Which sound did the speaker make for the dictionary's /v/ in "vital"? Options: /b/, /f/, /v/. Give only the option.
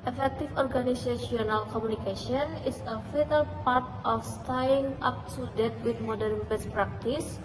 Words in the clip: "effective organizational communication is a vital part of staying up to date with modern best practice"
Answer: /f/